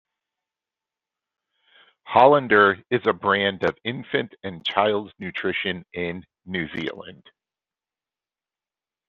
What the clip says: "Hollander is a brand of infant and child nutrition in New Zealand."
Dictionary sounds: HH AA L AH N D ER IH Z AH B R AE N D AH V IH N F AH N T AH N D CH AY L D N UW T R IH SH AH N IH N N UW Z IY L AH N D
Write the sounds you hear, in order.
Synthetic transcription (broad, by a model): HH AA L AH N D ER IH Z AH B R AE N D AH V IH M F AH N T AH N CH AY L D N UW T R IH SH AH N IH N N UW Z IY L AH N D